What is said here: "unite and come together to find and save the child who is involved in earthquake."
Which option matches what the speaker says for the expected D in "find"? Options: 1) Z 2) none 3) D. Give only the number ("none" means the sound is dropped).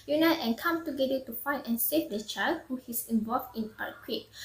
2